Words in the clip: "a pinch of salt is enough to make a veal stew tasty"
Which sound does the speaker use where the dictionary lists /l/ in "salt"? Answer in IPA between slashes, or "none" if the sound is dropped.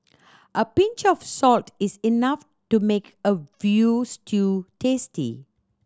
/l/